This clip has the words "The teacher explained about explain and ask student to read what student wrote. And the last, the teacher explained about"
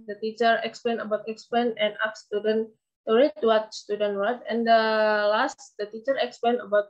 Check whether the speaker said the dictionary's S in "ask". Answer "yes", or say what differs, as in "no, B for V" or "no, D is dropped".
no, S is dropped